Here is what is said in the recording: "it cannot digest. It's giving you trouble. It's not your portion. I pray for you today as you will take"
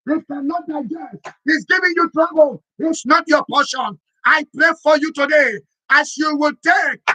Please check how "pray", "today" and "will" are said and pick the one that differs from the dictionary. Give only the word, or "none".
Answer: none